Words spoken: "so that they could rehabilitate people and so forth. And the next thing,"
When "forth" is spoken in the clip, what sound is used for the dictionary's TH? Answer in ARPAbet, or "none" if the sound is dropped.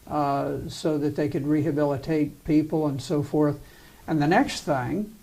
TH